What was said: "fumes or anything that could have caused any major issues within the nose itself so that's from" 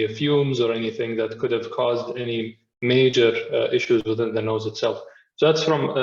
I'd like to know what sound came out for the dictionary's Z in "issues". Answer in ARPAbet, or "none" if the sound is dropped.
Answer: Z